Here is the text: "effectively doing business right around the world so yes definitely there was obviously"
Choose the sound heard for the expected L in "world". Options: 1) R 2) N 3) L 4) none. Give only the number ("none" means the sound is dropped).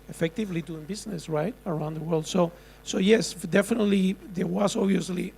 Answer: 3